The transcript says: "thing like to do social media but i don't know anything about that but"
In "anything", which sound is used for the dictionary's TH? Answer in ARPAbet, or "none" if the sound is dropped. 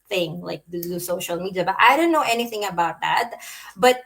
TH